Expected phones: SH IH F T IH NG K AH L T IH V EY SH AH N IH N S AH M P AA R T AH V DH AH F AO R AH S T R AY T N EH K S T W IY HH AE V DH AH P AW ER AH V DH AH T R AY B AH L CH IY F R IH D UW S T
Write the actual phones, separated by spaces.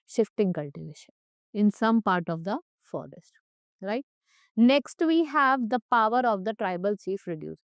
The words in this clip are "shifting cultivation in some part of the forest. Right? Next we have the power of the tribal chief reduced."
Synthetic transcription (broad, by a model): SH IH F T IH NG K AH L T IH V EY SH AH N IH N S AH M P AA R T AH V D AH F AO R AH S T R AY T N EH K S T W IY HH AE V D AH P AW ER AH V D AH T R AY B AH L CH IY F R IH D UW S